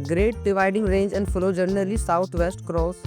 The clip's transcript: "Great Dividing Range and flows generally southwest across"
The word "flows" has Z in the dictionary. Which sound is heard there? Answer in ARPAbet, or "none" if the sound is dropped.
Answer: none